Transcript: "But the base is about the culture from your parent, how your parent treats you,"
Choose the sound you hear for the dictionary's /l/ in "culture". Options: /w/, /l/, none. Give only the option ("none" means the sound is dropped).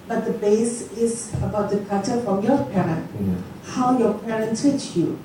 none